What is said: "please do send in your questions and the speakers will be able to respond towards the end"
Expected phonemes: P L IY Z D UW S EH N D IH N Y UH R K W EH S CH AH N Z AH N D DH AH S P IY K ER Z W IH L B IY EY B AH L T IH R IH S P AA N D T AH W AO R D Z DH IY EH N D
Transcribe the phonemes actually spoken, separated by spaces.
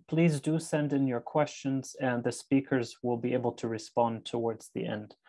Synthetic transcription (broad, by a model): P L IY Z D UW S EH N D IH N Y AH R K W EH S CH AH N Z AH N DH AH S P IY K ER Z W IH L B IY EY B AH L T IH R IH S P AA N T AH W AO R D Z DH IY EH N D